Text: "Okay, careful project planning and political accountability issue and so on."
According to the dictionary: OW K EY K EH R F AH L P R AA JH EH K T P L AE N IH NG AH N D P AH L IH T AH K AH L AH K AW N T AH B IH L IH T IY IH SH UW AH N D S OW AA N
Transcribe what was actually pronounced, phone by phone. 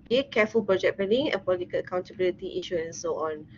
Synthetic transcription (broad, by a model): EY K EH F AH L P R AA JH EH T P EH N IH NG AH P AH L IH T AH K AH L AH K AW N T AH B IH L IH T IY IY SH UW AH N S OW AA N